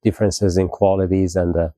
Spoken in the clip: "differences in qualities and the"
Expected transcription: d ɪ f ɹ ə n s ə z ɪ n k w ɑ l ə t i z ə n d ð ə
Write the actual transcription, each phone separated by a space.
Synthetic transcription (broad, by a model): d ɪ f ɹ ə n s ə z ɪ n k w ɑ l ə t i z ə n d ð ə